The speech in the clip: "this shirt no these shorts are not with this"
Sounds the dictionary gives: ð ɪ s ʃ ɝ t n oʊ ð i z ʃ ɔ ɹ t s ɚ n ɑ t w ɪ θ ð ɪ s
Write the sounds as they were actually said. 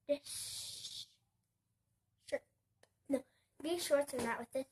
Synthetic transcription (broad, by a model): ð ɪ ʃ n oʊ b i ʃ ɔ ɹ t ɚ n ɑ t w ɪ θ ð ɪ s